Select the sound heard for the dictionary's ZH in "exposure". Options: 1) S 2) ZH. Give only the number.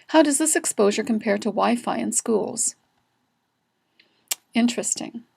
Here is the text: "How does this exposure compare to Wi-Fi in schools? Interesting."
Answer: 2